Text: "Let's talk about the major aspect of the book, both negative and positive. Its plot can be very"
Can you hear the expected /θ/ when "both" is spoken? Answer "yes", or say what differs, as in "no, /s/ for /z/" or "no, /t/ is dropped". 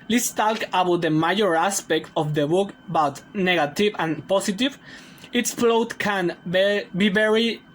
no, /t/ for /θ/